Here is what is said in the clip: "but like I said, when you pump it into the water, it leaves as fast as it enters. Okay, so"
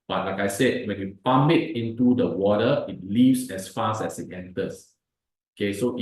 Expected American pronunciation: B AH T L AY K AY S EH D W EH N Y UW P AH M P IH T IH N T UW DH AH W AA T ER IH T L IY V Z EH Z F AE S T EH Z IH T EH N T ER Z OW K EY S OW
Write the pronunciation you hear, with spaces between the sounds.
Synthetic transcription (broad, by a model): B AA T L AY K AY S EH D W EH N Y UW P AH M B IH T IH N T UW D AH W AA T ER IH T L IY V S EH S F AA S EH S IH T EH N T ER S OW K EY S OW